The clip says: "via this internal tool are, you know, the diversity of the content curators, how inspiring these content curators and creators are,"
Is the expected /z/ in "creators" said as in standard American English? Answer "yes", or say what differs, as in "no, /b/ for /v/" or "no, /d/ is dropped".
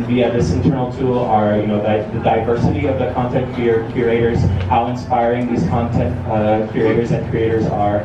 yes